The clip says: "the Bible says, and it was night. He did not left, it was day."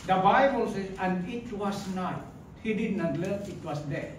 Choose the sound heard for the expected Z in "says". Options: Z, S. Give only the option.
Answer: S